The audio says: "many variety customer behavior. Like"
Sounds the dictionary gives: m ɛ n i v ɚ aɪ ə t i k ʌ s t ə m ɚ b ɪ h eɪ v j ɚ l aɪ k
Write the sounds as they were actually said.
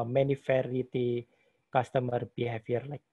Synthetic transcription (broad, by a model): m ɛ n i f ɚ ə t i k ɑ s t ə m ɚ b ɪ h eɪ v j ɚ l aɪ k